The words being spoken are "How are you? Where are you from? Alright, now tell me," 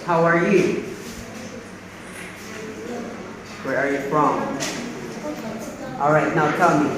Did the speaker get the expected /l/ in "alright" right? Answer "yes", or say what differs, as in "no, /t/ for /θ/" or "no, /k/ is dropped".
yes